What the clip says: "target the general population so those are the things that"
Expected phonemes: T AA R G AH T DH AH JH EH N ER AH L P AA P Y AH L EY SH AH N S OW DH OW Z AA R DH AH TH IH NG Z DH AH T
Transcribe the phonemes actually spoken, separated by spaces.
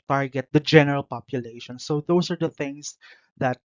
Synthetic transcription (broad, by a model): T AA R G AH T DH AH JH EH N ER AH L P AA P Y AH L EY SH AH N S OW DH OW S AA R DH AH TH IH NG S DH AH T